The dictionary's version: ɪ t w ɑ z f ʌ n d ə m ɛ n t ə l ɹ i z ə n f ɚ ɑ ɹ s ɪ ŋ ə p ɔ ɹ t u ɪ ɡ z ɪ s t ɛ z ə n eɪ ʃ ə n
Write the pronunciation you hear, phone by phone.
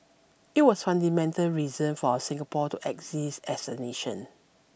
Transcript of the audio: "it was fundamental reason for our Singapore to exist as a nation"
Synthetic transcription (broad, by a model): ɪ t w ɑ s f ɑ n d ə m ɛ n t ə l ɹ i z ə n f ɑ s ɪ ŋ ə p ɔ t u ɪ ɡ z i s ɛ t ə n eɪ ʃ ə n